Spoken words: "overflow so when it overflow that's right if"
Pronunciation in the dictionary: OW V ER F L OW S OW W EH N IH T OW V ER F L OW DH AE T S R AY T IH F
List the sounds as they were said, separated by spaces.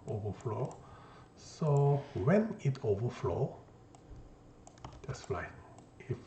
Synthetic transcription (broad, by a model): OW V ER F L OW S OW W EH N IH T OW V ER F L OW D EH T S L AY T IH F